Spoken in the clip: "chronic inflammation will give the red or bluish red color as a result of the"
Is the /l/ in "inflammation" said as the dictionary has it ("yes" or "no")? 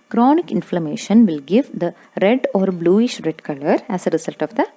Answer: yes